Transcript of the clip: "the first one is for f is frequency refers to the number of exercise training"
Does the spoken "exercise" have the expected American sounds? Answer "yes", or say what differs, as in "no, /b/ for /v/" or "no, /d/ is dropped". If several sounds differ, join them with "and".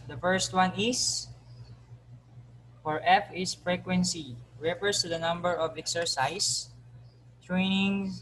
no, /s/ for /z/